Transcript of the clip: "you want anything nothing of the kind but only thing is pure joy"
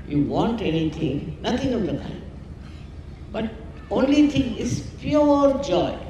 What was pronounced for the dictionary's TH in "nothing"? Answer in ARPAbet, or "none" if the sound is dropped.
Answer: T